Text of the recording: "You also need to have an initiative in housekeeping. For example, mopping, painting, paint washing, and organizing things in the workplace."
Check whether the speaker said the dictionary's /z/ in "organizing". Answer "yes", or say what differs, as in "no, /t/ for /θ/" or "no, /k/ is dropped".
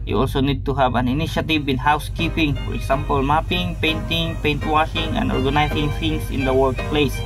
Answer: no, /s/ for /z/